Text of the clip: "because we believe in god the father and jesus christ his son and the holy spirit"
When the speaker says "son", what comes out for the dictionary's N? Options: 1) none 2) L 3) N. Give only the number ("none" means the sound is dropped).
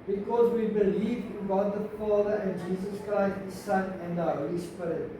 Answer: 3